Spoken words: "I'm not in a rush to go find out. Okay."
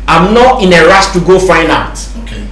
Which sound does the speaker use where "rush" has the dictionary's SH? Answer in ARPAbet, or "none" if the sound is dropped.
S